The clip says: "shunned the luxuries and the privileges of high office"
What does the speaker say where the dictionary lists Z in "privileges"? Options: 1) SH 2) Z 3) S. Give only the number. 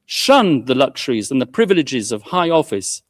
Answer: 2